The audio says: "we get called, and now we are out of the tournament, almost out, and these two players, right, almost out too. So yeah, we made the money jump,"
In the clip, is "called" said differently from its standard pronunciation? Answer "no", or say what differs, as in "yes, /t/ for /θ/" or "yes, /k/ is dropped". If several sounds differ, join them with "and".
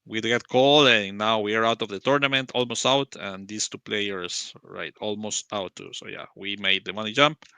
yes, /d/ is dropped